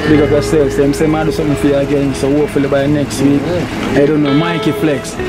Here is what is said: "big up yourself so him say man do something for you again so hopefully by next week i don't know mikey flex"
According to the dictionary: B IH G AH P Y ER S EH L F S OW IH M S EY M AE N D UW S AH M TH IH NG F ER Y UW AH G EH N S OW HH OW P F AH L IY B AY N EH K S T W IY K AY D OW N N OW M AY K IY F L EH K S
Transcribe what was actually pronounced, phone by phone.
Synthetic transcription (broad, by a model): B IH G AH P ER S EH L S IH M S EY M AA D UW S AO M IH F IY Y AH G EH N S OW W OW F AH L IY B AY N EH K S T W IY K AY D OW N N OW M AY K IY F L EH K S